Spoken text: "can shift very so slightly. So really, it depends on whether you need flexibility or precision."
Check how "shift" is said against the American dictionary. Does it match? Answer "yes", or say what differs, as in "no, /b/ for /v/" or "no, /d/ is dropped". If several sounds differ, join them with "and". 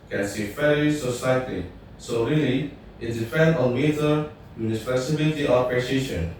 no, /s/ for /ʃ/